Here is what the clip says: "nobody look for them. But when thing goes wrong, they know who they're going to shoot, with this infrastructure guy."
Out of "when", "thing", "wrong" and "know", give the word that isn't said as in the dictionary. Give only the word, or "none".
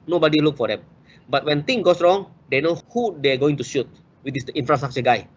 thing